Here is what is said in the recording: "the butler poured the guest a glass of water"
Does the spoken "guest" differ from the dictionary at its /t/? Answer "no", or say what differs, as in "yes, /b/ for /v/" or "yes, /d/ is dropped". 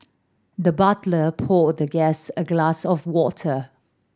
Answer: yes, /t/ is dropped